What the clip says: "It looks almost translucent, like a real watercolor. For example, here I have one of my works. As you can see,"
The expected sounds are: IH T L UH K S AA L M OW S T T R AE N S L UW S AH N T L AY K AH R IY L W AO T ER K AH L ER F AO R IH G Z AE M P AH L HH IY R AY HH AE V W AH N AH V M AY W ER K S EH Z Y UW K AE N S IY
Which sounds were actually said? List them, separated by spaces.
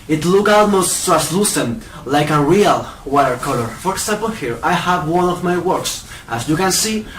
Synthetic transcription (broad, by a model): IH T L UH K AA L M OW S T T AE S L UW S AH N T L AY K AH R IY L W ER K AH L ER F AO R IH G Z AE M P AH L HH IY R AY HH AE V W AH N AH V M AY W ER K S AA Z Y UW K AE N S IY